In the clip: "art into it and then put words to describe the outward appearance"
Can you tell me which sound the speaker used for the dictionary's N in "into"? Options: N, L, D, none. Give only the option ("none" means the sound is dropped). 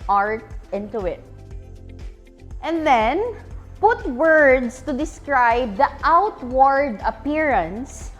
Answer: N